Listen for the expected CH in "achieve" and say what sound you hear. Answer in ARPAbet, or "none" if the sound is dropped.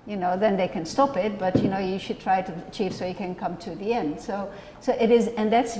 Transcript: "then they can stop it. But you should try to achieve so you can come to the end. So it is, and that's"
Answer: CH